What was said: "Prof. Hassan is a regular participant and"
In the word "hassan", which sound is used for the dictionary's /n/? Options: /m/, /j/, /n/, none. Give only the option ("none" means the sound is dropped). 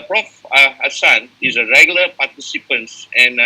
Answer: /n/